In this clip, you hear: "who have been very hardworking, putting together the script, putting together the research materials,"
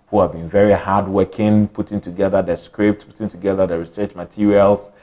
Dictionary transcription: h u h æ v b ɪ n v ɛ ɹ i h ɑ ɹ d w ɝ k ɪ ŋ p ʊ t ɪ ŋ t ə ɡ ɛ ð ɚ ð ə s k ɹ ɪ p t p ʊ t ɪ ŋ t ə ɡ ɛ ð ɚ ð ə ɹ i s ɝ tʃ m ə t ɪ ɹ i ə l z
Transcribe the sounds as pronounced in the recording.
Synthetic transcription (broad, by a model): h u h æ v b ɪ n v ɛ ɹ i h ɑ d w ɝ k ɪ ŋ p ʊ t ɪ ŋ t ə ɡ ɛ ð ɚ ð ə s k ɹ ɪ p t p ʊ t ɪ ŋ t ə ɡ ɛ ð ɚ ð ə ɹ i s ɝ tʃ m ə t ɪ ɹ i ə l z